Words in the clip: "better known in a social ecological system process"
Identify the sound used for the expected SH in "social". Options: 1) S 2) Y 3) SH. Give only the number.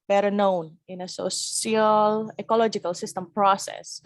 1